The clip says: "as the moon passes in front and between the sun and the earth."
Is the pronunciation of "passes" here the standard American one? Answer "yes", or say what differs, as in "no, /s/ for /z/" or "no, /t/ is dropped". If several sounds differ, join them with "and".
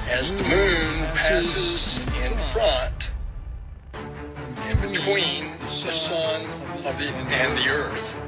yes